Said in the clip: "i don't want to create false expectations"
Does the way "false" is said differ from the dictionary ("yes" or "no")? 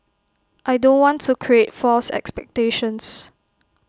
no